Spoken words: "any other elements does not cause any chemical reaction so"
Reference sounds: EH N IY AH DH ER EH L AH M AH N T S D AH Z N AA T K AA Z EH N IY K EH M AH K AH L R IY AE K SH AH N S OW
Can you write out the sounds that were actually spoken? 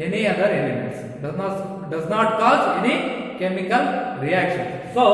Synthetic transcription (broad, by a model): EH N IY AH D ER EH N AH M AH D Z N D AH Z N AA T K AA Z EH N IY K EH M AH K AH L R IY AE K SH AH N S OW